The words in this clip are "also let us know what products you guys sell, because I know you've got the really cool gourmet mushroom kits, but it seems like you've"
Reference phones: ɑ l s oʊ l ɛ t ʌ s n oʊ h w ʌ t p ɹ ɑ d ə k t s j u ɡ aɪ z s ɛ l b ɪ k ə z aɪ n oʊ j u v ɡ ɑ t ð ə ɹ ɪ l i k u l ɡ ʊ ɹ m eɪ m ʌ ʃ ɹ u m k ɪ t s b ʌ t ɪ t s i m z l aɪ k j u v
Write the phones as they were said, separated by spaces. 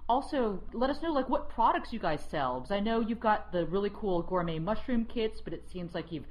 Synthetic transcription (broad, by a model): ɑ l s oʊ l ɛ t ʌ s n oʊ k w ʌ t p ɹ ɑ d ə k t s j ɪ ɡ aɪ z s ɛ l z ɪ ə n oʊ j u v ɡ ɑ t ð ə ɹ ɪ l i k u l ɡ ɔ ɹ m eɪ m ʌ ʃ ɹ u m k ɪ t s b ʌ t ɪ t s i m z l aɪ k j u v